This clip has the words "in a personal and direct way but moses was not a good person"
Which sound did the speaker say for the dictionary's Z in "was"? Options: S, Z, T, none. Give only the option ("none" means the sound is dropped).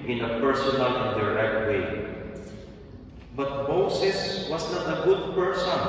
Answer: S